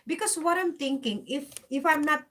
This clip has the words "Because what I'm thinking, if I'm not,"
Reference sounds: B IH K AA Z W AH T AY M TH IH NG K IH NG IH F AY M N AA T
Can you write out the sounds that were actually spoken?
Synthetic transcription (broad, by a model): B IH K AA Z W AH T AY M T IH NG K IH NG IH F AY M N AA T